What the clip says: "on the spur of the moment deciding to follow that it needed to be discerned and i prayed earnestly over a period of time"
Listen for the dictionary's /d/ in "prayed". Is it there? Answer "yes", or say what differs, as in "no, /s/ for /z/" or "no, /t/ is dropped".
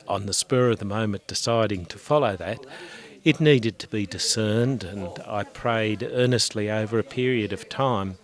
yes